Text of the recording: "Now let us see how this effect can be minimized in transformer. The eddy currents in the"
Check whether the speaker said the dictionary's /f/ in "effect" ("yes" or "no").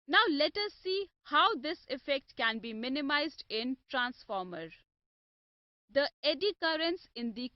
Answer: yes